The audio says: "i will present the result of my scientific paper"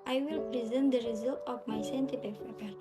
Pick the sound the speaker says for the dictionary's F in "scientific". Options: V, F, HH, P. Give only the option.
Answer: P